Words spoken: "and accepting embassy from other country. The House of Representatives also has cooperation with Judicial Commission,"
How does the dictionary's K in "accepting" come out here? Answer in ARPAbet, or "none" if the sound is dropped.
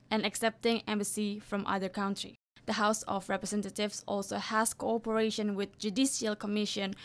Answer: K